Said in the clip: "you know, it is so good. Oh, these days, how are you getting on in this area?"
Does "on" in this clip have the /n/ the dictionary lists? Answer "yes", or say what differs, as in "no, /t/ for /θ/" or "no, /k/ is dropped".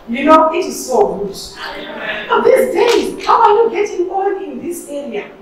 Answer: no, /l/ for /n/